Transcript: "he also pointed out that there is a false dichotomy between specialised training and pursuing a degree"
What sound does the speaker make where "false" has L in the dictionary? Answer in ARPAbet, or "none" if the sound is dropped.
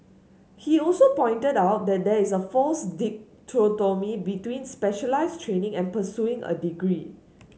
none